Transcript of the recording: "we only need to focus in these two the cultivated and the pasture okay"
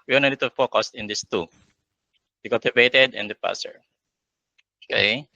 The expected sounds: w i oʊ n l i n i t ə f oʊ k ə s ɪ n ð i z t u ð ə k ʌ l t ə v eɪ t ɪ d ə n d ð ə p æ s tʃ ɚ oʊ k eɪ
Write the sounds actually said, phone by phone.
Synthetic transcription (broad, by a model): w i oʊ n i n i t ə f oʊ k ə s ɪ n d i s t u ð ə k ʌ l t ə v eɪ t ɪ d ə n d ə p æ s ɚ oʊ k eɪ